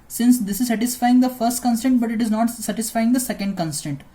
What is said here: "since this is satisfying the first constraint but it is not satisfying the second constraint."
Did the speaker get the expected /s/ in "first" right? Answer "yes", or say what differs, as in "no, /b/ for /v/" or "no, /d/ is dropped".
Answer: yes